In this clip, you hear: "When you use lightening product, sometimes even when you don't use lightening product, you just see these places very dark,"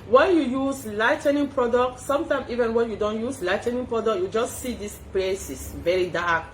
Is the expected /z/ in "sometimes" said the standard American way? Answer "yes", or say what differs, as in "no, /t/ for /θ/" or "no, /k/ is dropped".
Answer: no, /z/ is dropped